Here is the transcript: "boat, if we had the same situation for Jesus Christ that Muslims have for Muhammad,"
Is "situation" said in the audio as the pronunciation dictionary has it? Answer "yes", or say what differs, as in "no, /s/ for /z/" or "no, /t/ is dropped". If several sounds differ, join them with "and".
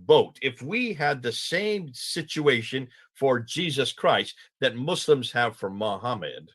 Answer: yes